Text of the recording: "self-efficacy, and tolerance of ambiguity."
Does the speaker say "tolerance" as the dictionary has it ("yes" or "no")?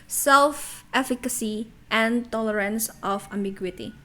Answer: yes